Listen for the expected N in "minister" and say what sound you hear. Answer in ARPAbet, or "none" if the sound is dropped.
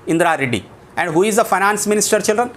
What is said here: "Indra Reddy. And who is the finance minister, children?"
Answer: N